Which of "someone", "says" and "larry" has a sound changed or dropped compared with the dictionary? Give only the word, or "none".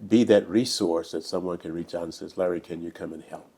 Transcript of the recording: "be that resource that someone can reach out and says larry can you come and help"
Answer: none